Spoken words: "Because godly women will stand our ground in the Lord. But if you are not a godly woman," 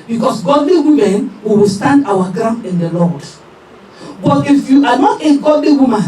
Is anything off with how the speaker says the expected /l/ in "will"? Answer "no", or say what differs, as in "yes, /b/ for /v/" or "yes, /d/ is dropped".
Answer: yes, /w/ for /l/